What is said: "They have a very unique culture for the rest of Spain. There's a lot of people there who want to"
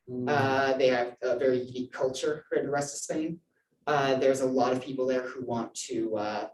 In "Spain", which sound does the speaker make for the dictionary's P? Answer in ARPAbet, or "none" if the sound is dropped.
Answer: none